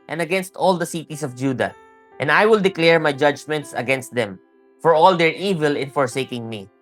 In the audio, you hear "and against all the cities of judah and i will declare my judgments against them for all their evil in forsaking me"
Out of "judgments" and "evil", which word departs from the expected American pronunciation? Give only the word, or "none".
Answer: none